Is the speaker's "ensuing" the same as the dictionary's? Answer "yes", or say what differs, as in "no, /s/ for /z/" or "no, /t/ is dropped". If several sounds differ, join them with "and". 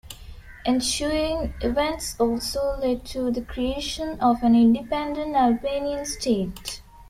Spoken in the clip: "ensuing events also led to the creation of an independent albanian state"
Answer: no, /ʃ/ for /s/